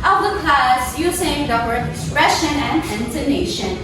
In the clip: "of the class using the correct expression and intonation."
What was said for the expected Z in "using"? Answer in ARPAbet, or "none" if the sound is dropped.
S